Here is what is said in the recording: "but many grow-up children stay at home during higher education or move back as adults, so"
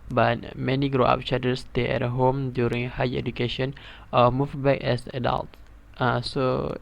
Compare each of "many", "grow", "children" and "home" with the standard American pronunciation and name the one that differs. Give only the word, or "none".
children